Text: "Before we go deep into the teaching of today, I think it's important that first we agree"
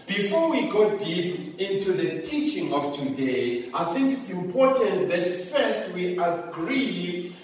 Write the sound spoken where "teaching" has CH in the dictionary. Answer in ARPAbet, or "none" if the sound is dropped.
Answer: CH